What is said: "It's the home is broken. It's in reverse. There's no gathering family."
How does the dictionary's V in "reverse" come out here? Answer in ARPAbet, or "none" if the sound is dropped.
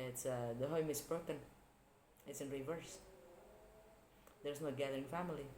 V